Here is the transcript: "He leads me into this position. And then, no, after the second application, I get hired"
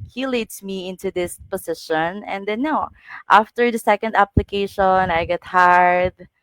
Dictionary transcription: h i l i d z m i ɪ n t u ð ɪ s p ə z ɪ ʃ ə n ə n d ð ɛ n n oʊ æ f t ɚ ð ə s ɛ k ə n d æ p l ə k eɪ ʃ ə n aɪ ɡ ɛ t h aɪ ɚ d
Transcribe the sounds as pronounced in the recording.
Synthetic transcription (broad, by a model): h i l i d s m i ɪ n t u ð ɪ s p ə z ɪ ʃ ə n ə n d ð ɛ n n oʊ æ f t ɚ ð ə s ɛ k ə n d æ p l ə k eɪ ʃ ə n aɪ ɡ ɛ t h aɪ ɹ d